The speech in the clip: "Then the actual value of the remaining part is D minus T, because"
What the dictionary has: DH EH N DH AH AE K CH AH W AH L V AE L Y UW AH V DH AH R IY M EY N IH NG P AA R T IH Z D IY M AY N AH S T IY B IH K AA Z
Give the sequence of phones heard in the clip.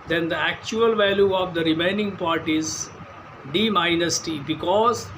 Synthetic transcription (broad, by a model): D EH N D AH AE K CH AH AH L V AE L Y UW AH V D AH R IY M EY N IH NG P AA R T IH Z D IY M AY N AH S T IY B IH K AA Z